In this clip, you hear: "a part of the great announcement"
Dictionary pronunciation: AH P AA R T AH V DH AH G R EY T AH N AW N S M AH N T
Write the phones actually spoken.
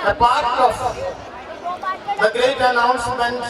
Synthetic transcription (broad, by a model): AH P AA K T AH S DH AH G EY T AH N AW N S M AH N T